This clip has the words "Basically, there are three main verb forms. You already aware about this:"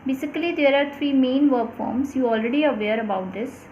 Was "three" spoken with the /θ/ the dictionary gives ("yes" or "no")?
no